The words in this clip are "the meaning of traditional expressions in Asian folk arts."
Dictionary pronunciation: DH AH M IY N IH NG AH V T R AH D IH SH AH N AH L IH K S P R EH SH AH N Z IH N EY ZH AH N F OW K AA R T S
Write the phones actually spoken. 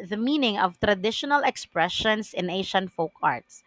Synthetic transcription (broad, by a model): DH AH M IY N IH NG AH V T R AH D IH SH AH N AH L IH K S P R EH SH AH N S IH N EY SH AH N F OW K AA R T S